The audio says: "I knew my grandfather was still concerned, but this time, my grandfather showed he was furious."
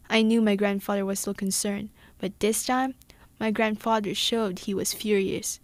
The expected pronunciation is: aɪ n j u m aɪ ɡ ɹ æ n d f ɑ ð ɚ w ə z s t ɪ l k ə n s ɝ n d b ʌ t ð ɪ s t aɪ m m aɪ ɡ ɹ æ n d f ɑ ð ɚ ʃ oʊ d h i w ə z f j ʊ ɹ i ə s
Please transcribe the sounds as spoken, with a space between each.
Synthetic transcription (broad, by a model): aɪ n j u m aɪ ɡ ɹ æ n d f ɑ ð ɚ w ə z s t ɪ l k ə n s ɝ n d b ʌ t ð ɪ s t aɪ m m aɪ ɡ ɹ æ n d f ɑ ð ɚ ʃ oʊ d h i w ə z f j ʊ ɹ i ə s